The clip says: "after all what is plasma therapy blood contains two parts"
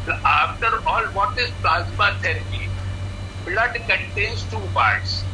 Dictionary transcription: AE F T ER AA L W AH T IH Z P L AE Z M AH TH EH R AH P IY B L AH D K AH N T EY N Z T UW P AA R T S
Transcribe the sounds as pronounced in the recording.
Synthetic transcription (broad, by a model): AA F T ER AA L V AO T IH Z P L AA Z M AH T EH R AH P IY B L AH D K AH N T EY N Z T UW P AA R T S